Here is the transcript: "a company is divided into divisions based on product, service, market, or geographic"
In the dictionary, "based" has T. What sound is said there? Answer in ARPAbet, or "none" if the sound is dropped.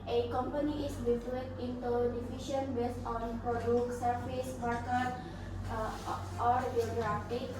none